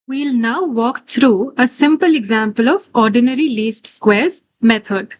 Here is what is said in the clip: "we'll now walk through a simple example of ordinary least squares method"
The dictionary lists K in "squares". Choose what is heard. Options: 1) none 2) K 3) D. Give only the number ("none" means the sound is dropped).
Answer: 2